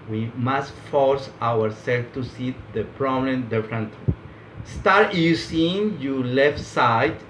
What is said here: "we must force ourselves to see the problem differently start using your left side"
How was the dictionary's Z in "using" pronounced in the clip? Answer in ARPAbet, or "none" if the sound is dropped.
S